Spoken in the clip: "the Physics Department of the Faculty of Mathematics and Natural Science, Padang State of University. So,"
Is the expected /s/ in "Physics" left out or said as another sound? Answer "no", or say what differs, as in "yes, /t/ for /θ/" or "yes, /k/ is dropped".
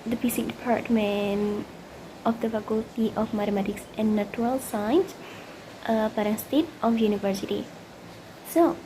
yes, /s/ is dropped